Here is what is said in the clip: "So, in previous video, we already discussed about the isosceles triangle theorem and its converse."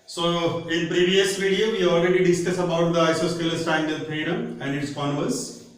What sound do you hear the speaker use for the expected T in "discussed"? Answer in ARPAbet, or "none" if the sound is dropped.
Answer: none